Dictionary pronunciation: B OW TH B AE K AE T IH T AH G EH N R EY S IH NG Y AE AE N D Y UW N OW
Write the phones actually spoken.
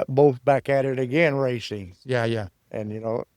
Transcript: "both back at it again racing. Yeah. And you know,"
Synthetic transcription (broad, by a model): B OW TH B AE K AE T IH T AH G EH N R EY S IH NG Y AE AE N Y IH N OW